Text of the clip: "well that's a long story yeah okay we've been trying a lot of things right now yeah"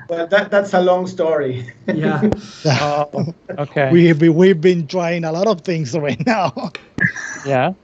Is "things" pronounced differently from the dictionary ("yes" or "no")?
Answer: no